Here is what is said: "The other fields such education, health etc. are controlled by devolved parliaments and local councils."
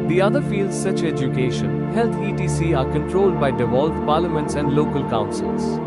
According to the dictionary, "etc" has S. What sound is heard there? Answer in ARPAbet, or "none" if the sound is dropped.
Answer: none